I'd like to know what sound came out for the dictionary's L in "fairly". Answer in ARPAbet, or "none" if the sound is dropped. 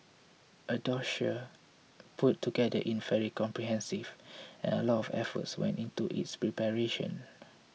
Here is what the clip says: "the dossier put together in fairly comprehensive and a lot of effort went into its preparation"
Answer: none